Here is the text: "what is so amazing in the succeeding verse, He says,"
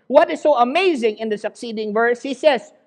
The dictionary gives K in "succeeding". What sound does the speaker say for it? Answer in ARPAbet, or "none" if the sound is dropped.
K